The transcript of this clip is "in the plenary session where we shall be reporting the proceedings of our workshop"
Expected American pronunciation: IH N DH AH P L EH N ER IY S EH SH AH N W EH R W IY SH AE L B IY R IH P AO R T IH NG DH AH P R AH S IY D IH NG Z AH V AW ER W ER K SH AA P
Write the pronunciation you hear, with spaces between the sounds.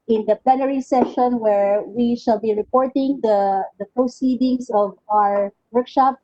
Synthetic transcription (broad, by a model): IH N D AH P L EH N ER IY S EH SH AH N W EH R W IY SH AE L B IY R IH P AO R T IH NG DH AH P R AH S IY D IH NG S AH V AW ER W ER K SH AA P